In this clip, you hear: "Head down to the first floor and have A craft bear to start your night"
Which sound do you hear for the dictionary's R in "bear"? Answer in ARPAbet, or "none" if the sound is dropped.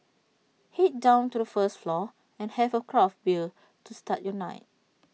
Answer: L